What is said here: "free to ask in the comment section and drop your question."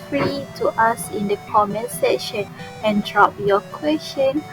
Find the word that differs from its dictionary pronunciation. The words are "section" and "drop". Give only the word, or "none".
section